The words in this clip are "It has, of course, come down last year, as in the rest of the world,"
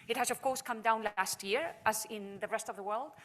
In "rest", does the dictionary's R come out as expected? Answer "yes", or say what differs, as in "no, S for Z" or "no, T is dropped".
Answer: yes